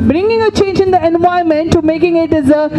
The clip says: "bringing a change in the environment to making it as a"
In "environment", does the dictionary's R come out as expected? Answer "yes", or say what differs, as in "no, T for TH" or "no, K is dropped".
no, R is dropped